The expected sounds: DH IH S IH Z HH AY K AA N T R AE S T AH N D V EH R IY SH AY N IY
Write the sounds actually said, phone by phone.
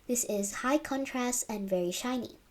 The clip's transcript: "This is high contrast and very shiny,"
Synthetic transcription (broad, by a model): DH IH S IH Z HH AY K AA N T R AE S T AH N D V EH R IY SH AY N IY